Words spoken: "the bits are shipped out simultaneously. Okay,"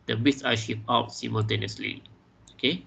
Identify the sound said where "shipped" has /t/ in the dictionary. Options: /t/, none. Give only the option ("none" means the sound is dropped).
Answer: none